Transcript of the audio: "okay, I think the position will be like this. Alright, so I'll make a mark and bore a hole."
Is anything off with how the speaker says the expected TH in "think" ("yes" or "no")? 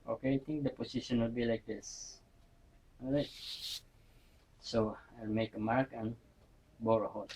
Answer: yes